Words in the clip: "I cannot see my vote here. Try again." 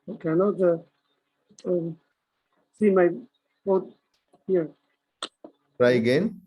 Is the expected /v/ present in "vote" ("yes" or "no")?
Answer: no